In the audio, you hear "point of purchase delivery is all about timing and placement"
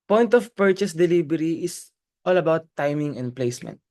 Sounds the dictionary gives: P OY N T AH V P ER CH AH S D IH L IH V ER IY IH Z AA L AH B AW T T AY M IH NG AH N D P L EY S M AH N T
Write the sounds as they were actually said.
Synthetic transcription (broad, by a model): P OY N T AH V P ER CH AH S D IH L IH B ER IY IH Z AA L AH B AW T T AY M IH NG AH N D P L EY S M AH N T